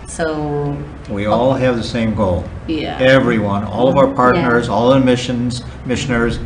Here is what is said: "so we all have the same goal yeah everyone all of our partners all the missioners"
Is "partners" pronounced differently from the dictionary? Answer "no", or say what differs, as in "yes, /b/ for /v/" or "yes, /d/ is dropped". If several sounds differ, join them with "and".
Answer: no